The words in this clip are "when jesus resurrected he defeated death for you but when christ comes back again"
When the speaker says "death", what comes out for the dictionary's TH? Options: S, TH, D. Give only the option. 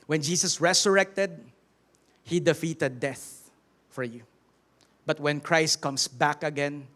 TH